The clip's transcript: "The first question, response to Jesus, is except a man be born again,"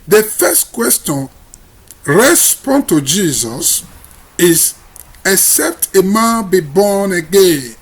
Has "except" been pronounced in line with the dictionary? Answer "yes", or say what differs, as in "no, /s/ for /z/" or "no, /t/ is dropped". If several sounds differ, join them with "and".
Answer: yes